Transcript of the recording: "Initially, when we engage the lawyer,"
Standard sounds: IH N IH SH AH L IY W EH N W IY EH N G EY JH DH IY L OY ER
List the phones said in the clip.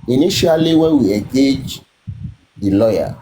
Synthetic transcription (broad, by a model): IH N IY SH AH L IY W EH W IY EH G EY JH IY L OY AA